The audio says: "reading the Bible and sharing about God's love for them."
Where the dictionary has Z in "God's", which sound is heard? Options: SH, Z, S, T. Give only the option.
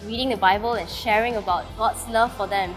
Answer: S